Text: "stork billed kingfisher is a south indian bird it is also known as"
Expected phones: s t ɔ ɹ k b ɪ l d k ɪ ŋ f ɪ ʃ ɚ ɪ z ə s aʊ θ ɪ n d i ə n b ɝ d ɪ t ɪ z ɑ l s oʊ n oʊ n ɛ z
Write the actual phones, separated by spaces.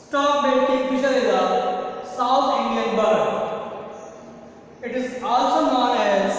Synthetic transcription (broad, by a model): s t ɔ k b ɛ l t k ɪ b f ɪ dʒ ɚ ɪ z ə s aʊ t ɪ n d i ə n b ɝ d ɪ t ɪ z ɑ l s oʊ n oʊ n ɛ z